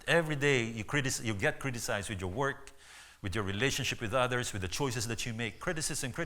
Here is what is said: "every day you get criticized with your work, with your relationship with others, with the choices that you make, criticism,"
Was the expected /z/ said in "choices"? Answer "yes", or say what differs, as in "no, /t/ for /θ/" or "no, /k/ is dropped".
no, /s/ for /z/